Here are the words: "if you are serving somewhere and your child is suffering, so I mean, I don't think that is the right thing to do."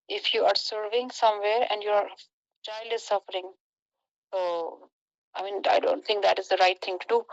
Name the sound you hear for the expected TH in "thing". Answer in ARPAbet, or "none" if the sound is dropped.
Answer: T